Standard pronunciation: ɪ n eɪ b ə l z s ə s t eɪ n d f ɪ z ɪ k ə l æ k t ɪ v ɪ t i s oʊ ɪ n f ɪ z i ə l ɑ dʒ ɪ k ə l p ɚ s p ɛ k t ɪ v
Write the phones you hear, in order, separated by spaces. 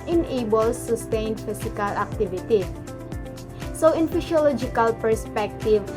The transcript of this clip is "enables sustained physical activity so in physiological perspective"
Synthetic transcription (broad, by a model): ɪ n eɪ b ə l s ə s t eɪ n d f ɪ s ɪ k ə l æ k t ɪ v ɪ t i s oʊ ɪ n f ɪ s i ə l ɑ dʒ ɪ k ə l p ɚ s p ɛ k t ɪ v